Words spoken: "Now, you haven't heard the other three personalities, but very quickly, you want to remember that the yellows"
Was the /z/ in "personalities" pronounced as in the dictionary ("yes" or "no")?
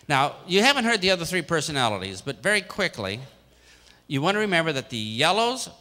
yes